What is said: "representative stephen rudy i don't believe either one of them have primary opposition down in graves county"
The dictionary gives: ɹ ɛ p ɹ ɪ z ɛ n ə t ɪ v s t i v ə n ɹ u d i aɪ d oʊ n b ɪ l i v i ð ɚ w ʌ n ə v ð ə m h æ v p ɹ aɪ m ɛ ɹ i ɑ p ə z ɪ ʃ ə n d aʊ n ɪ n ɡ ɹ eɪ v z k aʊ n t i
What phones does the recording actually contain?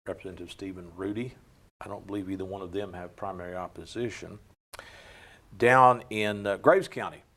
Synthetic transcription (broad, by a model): ɹ ɛ p ɹ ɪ z ɛ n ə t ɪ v s t i v ə n ɹ u d i aɪ d oʊ n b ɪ l i v i ð ɚ w ʌ n ə v ð ə m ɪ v p ɹ aɪ m ɛ ɹ i ɑ p ə z ɪ ʃ ə n d aʊ n ɪ n ɡ ɹ eɪ v z k aʊ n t i